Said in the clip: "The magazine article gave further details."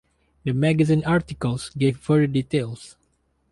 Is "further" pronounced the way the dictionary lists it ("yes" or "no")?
no